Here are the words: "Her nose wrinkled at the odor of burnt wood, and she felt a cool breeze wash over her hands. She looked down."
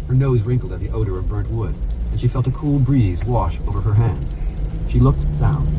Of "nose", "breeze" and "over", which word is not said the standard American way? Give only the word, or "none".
none